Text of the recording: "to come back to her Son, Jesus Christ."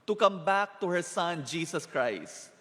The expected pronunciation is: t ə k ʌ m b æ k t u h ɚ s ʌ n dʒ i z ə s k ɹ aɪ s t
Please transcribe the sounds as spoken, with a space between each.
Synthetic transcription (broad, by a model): t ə k ʌ m b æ k t u h ɚ s ʌ n dʒ i s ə s k ɹ aɪ s t